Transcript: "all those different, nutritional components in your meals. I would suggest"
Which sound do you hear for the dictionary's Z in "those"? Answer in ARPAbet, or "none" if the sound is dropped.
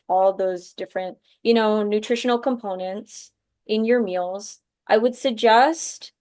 Z